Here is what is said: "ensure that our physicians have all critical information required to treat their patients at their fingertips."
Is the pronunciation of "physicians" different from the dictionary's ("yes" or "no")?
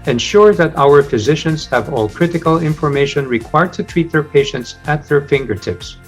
no